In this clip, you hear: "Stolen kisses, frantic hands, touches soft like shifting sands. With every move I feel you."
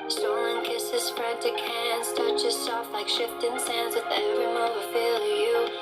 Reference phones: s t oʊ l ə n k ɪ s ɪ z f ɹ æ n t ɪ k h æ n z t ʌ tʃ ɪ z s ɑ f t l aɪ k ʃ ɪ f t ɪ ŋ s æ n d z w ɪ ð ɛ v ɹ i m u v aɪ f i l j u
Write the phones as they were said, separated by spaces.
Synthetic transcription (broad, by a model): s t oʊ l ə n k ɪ s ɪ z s ɹ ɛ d t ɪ k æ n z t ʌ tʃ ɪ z s ɑ f t l aɪ k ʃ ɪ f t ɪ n s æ n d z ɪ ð ɛ v ɹ i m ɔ w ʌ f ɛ l j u